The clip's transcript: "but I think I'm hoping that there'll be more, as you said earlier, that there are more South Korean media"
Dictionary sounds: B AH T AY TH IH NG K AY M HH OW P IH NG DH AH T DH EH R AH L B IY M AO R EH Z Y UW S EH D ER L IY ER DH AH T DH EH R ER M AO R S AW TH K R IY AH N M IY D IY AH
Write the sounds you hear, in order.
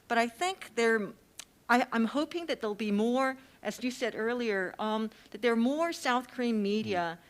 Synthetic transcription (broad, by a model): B AH T AY TH IH NG K AY M HH OW P IH NG DH AH T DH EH AH L B IY M AO R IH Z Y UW S EH D ER L IY ER DH AH T DH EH R M AO R S AW TH K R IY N M IY D IY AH